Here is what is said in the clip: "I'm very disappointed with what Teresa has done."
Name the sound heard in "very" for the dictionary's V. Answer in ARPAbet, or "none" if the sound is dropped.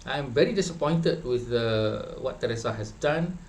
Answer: V